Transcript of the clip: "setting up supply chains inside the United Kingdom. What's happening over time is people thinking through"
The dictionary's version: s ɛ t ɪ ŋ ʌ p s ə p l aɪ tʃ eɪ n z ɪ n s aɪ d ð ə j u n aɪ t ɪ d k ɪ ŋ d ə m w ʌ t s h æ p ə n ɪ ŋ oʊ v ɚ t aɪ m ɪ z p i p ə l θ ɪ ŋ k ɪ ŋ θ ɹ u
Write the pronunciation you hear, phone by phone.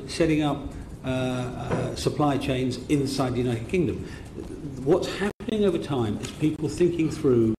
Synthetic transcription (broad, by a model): s ɛ t ɪ ŋ ʌ p s ə p l aɪ tʃ eɪ n z ɪ n s aɪ d ð ə j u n aɪ t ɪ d k ɪ ŋ d ə m w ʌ t s h æ p ə n ɪ ŋ oʊ v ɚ t aɪ m ɪ z p i p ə l θ ɪ ŋ k ɪ ŋ θ ɹ u